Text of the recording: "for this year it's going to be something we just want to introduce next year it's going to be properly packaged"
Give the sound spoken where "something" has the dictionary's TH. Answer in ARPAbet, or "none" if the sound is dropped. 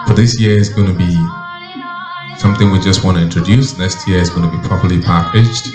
TH